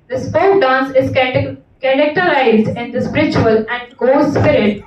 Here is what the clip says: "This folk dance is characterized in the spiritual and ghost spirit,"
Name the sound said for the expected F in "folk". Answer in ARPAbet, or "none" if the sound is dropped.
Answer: P